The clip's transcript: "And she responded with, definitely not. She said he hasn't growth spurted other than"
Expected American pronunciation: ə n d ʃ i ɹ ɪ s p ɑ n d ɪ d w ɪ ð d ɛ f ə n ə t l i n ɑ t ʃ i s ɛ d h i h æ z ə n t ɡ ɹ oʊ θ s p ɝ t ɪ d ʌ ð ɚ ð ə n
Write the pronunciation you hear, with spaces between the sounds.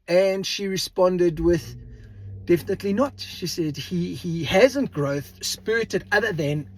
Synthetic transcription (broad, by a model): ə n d ʃ i ɹ ɪ s p ɑ n d ɪ d w ɪ ð d ɛ f ə n ə t l i n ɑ t ʃ i s ɛ d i i h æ z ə n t ɡ ɹ oʊ θ s p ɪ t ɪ d ʌ ð ɚ ð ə n